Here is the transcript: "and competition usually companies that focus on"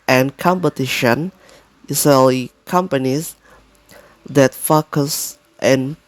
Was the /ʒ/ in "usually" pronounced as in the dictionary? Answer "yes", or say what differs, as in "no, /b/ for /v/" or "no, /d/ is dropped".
no, /s/ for /ʒ/